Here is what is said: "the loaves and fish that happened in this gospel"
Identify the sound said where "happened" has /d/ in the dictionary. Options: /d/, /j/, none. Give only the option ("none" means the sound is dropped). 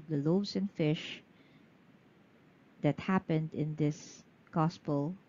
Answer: /d/